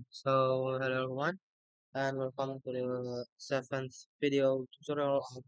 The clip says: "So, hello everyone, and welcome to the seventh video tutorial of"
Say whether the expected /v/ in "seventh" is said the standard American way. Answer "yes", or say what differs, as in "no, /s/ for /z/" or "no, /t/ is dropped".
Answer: no, /f/ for /v/